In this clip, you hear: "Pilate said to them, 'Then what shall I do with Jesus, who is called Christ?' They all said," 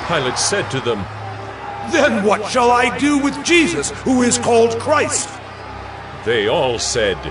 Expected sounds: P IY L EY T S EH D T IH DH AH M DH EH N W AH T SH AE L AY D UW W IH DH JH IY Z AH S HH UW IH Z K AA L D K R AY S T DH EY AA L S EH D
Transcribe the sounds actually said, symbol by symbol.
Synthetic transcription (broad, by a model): P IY L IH T S EH D T IH DH AH M DH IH N W AH T SH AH L AY D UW W IH DH JH IY Z AH S HH UW IH Z K AA L D K R AY S T DH EY AA L S EH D